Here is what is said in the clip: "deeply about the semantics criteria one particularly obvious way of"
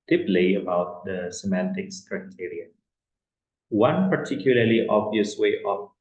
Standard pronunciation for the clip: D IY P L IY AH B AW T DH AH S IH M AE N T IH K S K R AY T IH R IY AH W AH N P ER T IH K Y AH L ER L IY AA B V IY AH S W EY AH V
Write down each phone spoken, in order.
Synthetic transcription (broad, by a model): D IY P L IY AH B AW T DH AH S IH M AE N T IH K S K R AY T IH R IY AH W AH N P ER T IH K Y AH L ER L IY AA B V IY AH S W EY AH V